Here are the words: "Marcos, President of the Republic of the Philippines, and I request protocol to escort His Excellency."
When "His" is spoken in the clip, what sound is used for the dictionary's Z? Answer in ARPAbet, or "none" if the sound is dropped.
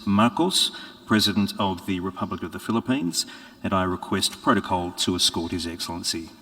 Z